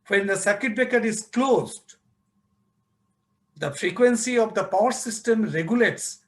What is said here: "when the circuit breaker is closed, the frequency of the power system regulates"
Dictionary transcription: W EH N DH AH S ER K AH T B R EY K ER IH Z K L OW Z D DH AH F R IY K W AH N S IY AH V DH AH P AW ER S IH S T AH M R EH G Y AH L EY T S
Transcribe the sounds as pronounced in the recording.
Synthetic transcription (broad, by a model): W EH N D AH S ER K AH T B EY K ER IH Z K L OW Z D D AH F R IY K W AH N S IY AH V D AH P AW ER S IH S T AH M R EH G Y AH L EY T S